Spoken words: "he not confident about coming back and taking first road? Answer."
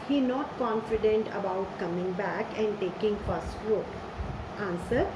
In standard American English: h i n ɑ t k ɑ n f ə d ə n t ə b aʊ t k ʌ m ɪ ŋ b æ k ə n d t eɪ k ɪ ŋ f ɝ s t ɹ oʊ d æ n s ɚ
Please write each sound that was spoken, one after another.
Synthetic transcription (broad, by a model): h i n ɑ t k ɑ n f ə d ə n t ə b aʊ t k ʌ m ɪ ŋ b æ k ə n d t eɪ k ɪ ŋ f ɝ s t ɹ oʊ æ n s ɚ